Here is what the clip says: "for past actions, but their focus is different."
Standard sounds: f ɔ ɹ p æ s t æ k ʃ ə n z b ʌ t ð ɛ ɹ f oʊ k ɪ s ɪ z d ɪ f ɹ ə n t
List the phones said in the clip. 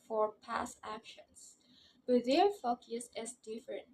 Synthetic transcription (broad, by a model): f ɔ ɹ p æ s æ k ʃ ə n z b ʌ t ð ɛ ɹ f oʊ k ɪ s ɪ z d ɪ f ɹ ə n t